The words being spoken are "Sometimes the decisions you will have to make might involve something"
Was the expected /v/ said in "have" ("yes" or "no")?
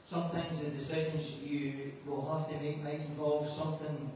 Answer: no